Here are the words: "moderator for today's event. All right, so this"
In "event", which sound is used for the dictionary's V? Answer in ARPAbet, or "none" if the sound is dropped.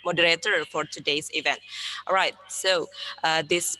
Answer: V